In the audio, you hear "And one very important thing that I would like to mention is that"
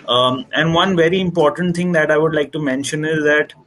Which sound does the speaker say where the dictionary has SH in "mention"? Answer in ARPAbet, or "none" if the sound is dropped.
SH